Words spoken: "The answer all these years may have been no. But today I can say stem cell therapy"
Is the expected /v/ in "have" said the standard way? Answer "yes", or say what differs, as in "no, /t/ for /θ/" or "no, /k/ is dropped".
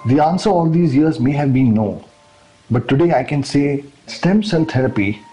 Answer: yes